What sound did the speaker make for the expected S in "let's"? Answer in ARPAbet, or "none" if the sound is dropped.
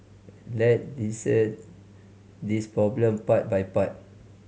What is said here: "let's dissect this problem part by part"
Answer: none